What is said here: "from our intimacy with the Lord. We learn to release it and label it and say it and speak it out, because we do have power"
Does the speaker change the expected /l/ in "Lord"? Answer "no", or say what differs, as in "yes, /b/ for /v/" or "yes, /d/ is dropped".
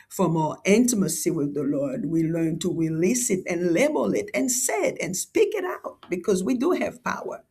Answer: no